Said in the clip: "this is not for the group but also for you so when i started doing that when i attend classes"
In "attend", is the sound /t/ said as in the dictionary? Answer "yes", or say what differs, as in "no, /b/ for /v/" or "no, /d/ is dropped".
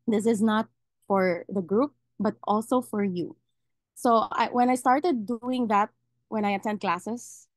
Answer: no, /s/ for /t/